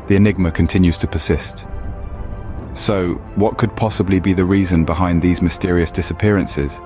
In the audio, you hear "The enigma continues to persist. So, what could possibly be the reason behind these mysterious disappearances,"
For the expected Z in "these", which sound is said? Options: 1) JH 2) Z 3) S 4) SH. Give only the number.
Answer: 2